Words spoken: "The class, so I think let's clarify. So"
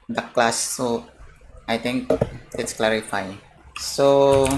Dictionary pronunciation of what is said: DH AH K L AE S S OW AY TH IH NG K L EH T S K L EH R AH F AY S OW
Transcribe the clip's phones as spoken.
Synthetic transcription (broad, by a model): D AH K L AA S S OW AY T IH NG K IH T S K L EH R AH F AY S OW